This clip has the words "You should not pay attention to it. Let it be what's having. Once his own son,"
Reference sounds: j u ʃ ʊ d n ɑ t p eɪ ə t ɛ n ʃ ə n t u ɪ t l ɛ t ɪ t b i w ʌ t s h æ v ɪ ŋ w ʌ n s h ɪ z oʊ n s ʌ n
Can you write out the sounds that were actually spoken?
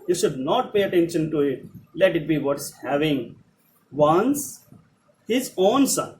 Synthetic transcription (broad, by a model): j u ʃ ʊ d n ɑ t p eɪ ə t ɛ n ʃ ə n t u ɪ t l ɛ t ɪ t b i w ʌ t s h æ v ɪ ŋ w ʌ n s h ɪ z oʊ n s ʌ n